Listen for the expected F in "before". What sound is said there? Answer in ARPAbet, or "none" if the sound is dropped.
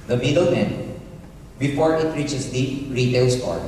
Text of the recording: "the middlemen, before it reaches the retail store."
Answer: P